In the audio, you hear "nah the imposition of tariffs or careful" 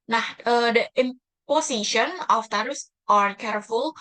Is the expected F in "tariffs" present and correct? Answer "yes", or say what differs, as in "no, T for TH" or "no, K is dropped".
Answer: no, F is dropped